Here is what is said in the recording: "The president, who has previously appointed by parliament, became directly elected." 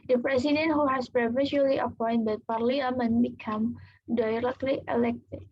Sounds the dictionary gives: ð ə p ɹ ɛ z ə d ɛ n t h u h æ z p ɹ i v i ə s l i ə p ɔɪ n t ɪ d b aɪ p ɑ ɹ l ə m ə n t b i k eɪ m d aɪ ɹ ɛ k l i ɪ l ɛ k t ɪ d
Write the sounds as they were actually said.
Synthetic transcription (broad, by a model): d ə p ɹ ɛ s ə d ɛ n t h u h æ s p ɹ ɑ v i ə l i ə p ɔɪ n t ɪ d p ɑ ɹ l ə m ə n b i k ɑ m d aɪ ɹ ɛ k l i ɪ l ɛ k t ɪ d